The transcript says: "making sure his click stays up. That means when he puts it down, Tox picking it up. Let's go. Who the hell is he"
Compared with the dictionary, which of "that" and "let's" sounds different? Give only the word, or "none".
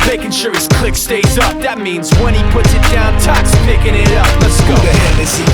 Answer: let's